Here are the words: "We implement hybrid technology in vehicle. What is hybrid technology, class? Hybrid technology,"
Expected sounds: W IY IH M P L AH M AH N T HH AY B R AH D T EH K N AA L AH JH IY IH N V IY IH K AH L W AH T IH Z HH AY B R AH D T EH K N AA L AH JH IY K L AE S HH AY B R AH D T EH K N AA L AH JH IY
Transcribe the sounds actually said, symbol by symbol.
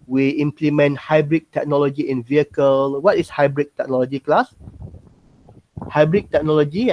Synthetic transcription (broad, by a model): W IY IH M P L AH M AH N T HH AY B R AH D T EH K N AA L AH JH IY IH N V IY IH K AH L W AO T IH S HH AY B R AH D T EH K N AA L AH JH IY K L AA S HH AY B R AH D T EH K N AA L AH JH IY